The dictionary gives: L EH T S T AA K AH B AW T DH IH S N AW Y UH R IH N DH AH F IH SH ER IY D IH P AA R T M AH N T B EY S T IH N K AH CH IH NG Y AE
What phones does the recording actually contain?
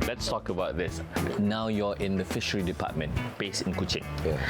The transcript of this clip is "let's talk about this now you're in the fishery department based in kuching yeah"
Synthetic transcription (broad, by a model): L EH T S T AA K AH B AW T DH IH S N AW Y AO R IH N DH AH F IH SH ER IY D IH P AA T M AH N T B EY S IH N K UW CH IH NG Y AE